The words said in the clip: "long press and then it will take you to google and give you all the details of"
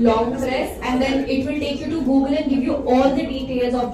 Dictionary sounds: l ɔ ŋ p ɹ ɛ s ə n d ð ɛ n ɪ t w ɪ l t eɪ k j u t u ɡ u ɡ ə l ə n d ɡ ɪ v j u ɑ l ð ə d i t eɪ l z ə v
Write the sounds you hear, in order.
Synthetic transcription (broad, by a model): l ɔ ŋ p ɹ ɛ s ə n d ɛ n ɪ t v ɪ l t eɪ k j u t u ɡ u ɡ ə l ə n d ɡ ɪ v j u ɑ l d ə d i t eɪ l z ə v